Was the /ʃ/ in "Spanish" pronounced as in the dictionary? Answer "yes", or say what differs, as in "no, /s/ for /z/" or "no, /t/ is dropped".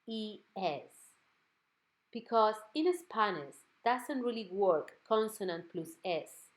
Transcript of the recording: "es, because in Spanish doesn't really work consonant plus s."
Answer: no, /s/ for /ʃ/